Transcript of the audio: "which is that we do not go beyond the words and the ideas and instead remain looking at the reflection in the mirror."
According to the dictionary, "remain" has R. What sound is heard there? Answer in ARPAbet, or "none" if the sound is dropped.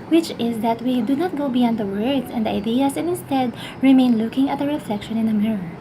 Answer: R